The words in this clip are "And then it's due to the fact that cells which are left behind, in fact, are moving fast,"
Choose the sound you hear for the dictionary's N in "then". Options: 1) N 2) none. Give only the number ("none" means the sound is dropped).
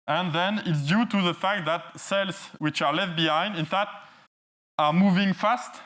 1